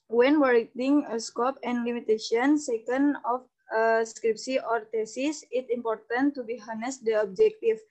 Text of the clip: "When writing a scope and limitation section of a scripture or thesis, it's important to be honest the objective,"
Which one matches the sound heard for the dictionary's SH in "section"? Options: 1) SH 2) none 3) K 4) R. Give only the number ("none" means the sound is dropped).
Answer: 2